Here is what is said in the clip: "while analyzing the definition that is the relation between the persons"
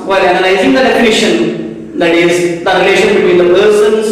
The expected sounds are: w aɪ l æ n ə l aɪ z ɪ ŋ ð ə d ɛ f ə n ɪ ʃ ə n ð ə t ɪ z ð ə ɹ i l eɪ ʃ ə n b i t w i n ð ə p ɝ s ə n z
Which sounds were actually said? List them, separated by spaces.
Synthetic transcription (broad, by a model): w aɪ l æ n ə n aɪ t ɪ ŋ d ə d ɛ f ə n ɪ ʃ ə n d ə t ɪ z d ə ɹ i l eɪ ʃ ə n b i t w i n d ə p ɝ s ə n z